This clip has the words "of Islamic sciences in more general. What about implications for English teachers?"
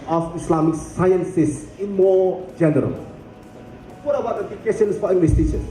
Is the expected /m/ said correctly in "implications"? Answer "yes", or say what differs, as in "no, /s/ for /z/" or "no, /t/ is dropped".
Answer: no, /m/ is dropped